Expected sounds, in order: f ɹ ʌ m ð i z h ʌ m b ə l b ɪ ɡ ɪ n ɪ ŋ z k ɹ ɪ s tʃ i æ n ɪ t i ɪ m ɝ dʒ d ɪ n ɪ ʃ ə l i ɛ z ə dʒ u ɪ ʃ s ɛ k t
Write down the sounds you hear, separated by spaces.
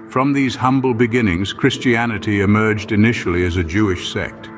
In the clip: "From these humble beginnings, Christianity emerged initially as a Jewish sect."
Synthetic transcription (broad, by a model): f ɹ ʌ m ð i z h ʌ m b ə l b ɪ ɡ ɪ n ɪ ŋ z k ɹ ɪ s tʃ i æ n ɪ t i ɪ m ɝ dʒ d ɪ n ɪ ʃ l i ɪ z ə dʒ u ɪ ʃ s ɛ k t